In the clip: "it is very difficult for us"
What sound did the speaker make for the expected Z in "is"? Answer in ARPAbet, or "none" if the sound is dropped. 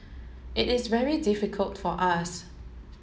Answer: Z